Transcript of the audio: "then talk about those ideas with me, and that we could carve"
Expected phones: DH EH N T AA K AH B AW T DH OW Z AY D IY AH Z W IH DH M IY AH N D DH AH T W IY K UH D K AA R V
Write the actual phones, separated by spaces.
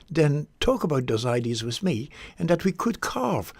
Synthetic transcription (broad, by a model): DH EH N T AA K AH B AW T DH OW Z AY D IY AH Z W IH DH M IY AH N DH AH T W IY K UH D K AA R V